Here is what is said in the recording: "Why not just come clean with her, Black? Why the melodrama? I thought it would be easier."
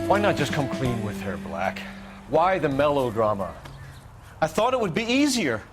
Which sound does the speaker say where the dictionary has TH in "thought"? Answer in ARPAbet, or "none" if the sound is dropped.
TH